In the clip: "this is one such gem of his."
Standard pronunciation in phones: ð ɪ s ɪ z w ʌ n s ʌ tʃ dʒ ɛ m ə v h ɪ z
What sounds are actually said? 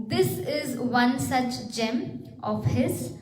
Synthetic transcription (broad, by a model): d ɪ s ɪ z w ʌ n s ʌ tʃ dʒ ɛ m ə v h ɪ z